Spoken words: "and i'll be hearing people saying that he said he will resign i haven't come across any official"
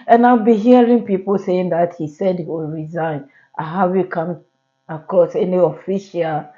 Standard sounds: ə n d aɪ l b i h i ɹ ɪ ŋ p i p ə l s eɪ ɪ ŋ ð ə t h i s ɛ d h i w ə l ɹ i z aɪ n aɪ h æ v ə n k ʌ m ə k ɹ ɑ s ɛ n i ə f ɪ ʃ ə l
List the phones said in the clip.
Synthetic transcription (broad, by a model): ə n aɪ l b i h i ɹ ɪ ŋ p i p ə l s eɪ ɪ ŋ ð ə t h i s ɛ d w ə ɹ i z aɪ n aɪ h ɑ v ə k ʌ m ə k ɑ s ɛ n i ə f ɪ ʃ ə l